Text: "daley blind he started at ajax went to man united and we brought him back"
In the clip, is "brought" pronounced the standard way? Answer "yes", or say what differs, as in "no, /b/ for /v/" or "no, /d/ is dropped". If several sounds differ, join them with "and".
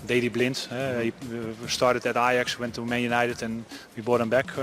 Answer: no, /ɹ/ is dropped